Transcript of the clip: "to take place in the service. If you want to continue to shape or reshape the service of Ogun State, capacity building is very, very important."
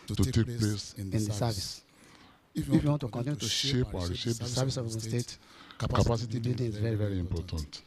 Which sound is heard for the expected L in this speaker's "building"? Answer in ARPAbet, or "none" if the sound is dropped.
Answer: none